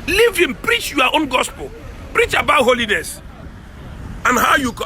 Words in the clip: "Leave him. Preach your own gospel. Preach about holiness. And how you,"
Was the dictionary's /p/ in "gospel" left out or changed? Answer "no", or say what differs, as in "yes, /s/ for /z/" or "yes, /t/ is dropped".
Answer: no